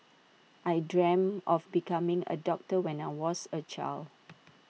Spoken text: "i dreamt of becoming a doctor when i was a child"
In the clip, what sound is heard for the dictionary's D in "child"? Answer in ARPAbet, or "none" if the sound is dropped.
none